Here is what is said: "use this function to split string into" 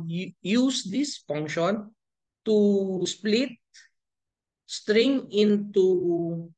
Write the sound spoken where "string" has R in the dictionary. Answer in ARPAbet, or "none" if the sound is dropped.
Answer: R